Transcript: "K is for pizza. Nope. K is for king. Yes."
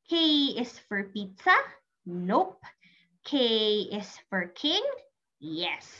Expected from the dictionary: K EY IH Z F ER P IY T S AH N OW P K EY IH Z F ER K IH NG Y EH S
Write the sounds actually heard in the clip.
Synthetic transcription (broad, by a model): K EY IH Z F ER P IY T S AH N OW P K EY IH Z F ER K IH NG Y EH S